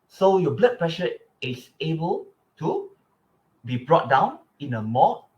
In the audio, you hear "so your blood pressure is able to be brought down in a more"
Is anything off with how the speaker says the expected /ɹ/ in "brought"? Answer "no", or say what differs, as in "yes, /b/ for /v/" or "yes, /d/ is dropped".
no